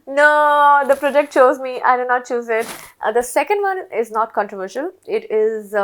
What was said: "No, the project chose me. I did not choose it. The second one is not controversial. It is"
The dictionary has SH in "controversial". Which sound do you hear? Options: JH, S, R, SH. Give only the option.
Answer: SH